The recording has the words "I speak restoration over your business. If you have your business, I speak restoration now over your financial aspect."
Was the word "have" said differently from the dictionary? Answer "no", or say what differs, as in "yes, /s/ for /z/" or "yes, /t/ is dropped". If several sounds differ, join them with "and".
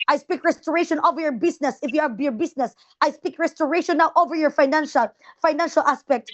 yes, /b/ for /v/